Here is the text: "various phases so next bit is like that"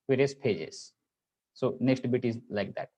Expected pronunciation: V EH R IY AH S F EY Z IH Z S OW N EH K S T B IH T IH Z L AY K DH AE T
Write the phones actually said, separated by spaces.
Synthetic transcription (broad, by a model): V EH R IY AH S P EY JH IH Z S OW N EH K S T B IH T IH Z L AY K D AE T